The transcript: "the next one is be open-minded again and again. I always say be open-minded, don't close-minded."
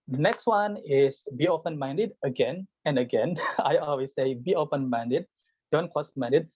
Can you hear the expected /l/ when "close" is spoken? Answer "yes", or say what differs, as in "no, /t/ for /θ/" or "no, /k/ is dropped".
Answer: no, /l/ is dropped